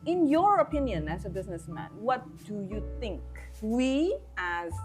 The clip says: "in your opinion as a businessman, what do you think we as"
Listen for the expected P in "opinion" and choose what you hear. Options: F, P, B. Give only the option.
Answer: P